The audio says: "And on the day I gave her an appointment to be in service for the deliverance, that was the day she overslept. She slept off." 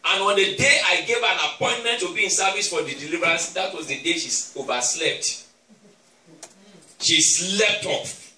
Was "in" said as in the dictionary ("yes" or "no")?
yes